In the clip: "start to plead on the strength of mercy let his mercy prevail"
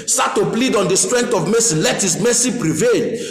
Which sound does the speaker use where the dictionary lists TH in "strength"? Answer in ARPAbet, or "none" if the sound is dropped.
T